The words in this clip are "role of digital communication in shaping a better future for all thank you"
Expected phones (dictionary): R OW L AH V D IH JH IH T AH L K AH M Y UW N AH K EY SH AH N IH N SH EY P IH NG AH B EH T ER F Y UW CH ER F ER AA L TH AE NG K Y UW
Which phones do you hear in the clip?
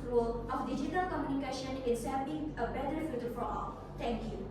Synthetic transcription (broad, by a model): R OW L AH F D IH JH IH T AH L K AH M Y UW N AH K EY SH AH N IH N S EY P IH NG AH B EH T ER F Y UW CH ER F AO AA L T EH NG K Y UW